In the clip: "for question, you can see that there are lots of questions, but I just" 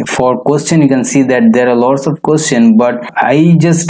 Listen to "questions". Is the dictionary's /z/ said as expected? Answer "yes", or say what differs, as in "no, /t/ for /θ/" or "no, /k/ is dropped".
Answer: no, /z/ is dropped